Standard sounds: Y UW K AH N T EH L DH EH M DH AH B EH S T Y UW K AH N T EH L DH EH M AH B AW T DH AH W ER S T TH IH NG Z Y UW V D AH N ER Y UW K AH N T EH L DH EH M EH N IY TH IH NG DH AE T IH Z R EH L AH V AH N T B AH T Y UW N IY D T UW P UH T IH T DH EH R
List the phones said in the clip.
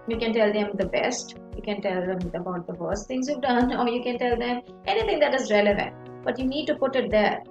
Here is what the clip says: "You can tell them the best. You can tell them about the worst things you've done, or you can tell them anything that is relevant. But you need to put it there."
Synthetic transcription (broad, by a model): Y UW K AH N T EH L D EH M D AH B EH S T Y UW K AH N T EH L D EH M AH B AW T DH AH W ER S T T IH NG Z Y UW V D AH N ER Y UW K AH N T EH L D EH M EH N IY T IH NG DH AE T IH Z R EH L AH V AH N T B AH T Y UW N IY D T UW P UH T IH T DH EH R